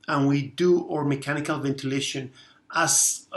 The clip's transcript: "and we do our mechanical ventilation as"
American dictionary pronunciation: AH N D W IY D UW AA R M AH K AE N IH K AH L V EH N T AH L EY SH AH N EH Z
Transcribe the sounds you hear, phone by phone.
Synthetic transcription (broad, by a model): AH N W IY D UW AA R M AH K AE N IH K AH L V EH N T AH L EY SH AH N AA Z